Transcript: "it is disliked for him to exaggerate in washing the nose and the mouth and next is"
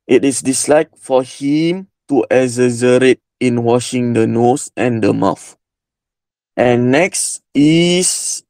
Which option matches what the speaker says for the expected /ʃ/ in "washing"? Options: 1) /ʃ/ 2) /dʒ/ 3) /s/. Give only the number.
1